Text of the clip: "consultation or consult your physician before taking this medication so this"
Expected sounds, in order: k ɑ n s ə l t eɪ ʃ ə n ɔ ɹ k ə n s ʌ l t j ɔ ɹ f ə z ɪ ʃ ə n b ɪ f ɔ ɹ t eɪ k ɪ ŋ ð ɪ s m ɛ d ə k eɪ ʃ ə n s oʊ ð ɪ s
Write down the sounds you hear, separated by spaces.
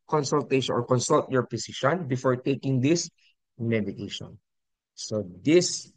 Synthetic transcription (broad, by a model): k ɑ n s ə l t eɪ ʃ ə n ɔ ɹ k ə n s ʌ l t j ɔ ɹ p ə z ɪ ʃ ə n b ɪ f ɔ ɹ t eɪ k ɪ ŋ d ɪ s m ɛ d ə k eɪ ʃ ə n s oʊ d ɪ s